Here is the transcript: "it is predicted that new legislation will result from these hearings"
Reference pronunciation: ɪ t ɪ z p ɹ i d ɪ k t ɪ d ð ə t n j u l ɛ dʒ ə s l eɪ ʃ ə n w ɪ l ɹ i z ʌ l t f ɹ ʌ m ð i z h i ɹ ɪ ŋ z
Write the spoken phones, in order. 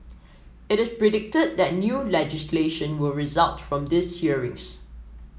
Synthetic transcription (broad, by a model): ɪ t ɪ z p ɹ i d ɪ k t ɪ d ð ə t n j u l ɛ dʒ ə s l eɪ ʃ ə n w ɪ l ɹ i z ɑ l t f ɹ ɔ m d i s h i ɹ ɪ ŋ s